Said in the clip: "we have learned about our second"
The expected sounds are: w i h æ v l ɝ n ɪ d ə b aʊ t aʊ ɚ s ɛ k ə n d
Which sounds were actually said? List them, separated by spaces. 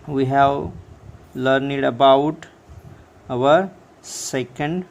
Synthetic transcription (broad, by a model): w i h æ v l ɝ n ɪ d ə b aʊ t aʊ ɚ s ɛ k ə n d